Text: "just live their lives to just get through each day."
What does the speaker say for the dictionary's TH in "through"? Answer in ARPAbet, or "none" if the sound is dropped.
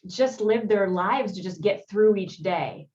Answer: TH